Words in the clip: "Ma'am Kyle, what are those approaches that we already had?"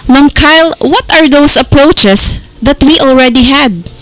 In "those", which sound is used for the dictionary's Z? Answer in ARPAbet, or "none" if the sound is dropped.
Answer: S